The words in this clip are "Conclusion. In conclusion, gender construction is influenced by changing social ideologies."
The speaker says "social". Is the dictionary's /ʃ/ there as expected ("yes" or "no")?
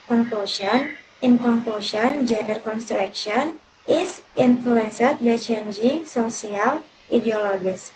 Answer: no